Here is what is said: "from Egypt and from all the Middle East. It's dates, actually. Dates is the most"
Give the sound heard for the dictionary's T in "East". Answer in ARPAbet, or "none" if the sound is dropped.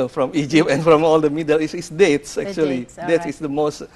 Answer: none